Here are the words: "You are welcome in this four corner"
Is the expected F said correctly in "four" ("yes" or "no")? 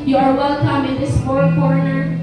no